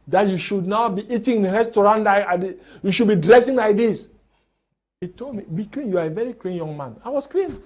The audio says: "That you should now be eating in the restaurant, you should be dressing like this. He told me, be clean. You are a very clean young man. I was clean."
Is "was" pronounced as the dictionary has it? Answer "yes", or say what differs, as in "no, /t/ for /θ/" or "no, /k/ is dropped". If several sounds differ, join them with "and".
no, /s/ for /z/